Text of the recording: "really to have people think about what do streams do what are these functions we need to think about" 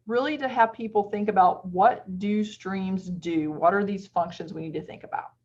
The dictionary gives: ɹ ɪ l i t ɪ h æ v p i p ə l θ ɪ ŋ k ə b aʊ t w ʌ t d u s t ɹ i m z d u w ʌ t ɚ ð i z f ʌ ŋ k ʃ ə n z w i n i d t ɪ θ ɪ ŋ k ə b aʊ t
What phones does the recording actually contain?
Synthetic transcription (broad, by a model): ɹ ɪ l i t ɪ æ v p i p l θ ɪ ŋ k ə b aʊ t w ʌ t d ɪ s t ɹ i m z d u w ʌ t ɚ ð i z f ʌ ŋ k ʃ ə n z w i n i d t ɪ θ ɪ ŋ k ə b aʊ t